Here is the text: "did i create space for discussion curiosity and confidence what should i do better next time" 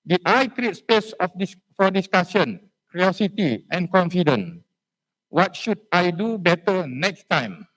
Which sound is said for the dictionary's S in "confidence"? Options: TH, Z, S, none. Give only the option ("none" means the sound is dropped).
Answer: none